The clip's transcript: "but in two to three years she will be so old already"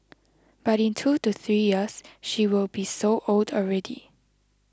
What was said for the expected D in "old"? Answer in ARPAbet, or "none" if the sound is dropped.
D